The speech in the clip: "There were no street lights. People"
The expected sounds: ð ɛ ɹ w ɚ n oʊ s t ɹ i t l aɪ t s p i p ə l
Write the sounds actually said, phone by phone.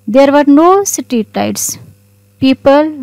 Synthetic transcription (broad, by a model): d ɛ ɹ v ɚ n oʊ s t i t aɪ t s p i p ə l